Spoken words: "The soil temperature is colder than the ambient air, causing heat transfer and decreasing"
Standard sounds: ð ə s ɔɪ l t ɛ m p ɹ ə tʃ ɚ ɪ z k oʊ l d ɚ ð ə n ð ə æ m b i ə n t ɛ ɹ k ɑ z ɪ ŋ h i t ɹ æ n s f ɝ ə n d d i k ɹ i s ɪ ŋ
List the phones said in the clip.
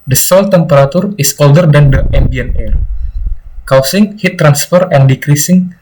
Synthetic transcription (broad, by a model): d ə s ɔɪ l t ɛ m p ɹ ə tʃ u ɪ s oʊ l d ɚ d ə n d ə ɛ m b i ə n ɛ ɹ k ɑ s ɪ ŋ h i t ɹ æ n s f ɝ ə n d d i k ɹ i s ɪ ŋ